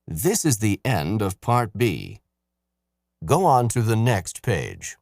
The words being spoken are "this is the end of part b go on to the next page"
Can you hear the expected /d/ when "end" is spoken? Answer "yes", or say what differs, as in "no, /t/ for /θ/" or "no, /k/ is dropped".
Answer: yes